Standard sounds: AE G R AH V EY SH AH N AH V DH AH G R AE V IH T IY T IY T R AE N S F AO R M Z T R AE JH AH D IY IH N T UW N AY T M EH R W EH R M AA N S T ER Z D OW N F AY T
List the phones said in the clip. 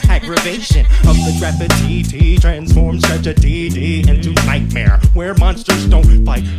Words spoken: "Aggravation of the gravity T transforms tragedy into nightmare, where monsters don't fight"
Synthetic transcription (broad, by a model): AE G R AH V EY SH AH N AH V DH AH R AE P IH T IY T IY T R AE N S F AO R M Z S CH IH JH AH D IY IH N T UW N AY T M EH R W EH R M AA N S T ER Z D OW N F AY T